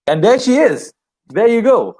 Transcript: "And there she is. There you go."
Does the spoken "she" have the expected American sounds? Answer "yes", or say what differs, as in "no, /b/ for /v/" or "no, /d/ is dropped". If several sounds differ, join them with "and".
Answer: yes